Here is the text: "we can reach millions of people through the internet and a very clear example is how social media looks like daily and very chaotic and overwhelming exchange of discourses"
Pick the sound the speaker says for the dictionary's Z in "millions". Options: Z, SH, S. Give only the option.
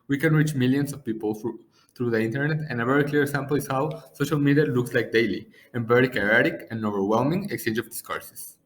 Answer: S